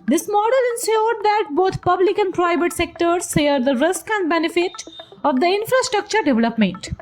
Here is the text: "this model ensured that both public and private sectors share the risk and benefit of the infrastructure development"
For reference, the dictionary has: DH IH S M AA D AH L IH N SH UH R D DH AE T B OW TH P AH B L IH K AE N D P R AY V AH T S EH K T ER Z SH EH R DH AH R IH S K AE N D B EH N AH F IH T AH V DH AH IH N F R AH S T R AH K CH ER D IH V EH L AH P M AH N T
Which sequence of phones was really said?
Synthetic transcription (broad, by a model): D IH S M AA D AH L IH N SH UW R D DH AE T B OW T P AH B L IH K AE N D P R AY V AH T S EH K T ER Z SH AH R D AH R IH S K AE N D B EH N AH F IH T AH V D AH IH N F R AH S T R AH K CH ER D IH V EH L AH P M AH N T